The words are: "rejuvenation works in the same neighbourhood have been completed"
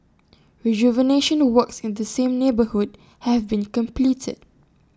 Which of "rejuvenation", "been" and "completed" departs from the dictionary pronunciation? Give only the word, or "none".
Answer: none